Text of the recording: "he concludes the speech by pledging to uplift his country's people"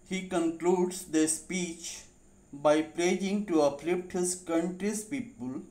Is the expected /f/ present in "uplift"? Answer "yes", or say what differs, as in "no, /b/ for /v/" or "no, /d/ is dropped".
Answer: no, /p/ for /f/